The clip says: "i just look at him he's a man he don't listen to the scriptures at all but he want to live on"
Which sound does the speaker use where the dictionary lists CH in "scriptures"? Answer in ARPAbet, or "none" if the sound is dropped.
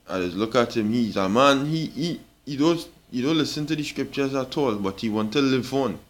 CH